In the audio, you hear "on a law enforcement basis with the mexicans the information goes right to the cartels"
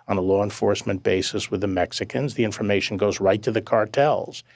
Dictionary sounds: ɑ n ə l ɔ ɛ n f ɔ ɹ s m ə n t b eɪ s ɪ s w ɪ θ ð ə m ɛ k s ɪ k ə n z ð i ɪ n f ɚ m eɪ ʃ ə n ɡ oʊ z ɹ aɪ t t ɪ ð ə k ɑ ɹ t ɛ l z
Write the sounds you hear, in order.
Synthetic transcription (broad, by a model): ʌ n ə l ɔ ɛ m f ɔ ɹ s m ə n b eɪ s ɪ s w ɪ ð ə m ɛ k s ɪ k ə n z ð i ɪ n f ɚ m eɪ ʃ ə n ɡ oʊ z ɹ aɪ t t ɪ ð ə k ɑ ɹ t ɛ l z